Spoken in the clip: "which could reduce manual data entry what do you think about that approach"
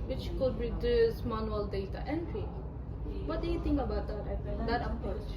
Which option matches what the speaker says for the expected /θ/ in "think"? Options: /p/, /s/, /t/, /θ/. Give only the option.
/t/